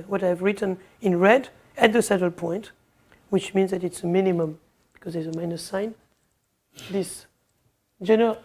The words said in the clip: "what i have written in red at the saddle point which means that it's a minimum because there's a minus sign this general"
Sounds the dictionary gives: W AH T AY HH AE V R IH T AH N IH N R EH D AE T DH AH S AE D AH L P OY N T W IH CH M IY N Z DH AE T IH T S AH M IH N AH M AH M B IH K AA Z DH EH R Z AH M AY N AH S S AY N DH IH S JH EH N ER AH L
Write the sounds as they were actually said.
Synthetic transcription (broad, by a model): W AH T AY V R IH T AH N IH N R EH D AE T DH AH S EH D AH L P OY N T W IH CH M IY N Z DH AE T IH T S AH M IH N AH M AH M B IH K AA Z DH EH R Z AH M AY N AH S S AY N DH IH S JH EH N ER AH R